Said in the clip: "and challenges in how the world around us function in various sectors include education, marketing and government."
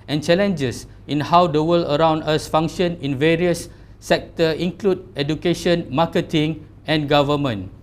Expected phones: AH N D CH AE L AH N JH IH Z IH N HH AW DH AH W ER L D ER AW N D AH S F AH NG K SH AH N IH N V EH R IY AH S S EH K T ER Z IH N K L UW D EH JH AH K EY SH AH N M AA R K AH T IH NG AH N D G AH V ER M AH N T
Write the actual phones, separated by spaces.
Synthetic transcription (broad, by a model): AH N CH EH L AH N JH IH S IH N HH AW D AH W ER L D ER AW N D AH S F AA NG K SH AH N IH N V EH R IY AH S S EH K T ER IH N K L UW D EH JH AH K EY SH AH N M AA K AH T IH NG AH N G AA V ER M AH N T